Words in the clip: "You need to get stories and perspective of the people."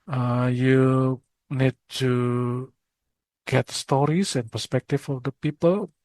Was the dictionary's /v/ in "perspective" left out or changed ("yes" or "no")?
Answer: yes